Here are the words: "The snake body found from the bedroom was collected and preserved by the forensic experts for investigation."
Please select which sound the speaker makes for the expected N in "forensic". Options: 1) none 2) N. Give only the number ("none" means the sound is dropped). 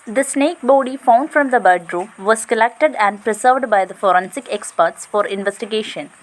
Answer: 2